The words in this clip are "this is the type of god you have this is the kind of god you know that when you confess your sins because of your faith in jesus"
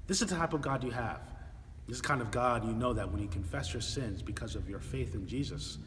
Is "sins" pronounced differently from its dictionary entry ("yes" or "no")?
no